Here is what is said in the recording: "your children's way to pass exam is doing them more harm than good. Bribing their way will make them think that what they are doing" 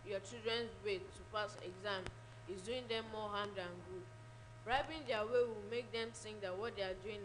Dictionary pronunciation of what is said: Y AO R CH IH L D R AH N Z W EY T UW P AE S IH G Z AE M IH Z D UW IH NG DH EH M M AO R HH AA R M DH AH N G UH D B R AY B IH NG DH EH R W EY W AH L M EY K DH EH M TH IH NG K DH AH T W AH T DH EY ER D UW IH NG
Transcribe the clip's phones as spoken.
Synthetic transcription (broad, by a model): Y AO CH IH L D R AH N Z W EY T UW P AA S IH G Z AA M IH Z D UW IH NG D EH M M AO HH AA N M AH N G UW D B R AY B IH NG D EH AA W EY W AH L M EY K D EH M S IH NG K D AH T W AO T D EY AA D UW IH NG